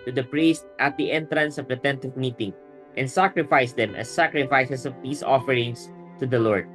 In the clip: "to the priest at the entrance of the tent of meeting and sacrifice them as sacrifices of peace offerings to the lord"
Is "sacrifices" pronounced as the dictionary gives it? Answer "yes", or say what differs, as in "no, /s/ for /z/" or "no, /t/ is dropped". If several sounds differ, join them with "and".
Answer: no, /s/ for /z/